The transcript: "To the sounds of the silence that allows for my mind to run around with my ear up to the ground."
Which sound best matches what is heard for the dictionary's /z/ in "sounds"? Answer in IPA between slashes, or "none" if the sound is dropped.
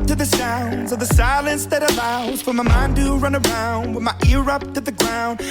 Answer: /z/